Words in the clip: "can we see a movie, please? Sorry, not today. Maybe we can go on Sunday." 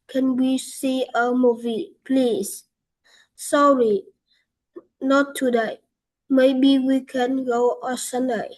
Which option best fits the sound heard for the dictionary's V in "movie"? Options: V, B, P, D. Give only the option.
V